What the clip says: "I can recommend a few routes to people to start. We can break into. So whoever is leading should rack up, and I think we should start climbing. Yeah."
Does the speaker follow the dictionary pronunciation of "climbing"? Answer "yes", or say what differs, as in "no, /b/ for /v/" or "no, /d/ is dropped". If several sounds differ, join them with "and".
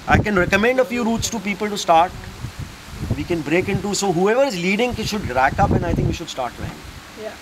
no, /m/ is dropped